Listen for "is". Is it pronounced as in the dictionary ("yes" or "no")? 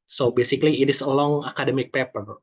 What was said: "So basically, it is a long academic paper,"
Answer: no